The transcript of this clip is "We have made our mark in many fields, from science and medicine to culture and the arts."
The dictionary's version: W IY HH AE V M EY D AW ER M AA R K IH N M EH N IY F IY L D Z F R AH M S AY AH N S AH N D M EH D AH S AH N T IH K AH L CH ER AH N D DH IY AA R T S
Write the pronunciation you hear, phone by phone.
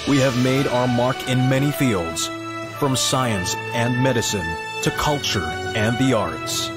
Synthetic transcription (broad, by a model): W IY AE V M EY D AW ER M AA R K IH N M EH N IY F IY L D Z F R AH M S AY AH N S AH N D M EH D AH S AH N T IH K AH L CH ER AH N DH IY AA R T S